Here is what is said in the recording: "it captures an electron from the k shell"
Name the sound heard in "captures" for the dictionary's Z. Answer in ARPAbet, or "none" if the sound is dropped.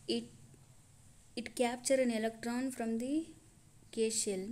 none